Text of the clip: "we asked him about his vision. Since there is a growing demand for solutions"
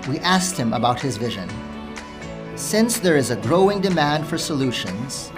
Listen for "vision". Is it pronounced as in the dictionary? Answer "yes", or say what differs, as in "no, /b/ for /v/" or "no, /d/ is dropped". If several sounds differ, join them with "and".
yes